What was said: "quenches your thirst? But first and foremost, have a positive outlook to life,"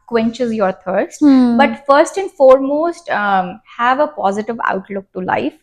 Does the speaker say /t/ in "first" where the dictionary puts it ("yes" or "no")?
yes